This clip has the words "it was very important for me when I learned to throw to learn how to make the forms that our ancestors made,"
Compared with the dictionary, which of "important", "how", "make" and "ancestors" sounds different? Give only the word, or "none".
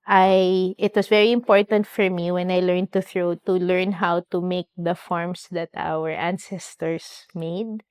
ancestors